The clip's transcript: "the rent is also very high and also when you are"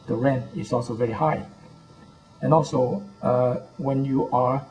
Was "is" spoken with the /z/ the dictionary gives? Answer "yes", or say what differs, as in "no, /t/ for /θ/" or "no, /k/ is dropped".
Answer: no, /s/ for /z/